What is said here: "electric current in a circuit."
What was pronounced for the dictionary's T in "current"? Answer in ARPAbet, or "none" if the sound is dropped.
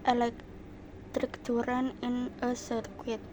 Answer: none